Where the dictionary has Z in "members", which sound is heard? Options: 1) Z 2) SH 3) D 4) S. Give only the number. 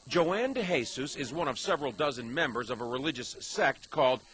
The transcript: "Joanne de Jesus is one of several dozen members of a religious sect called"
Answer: 1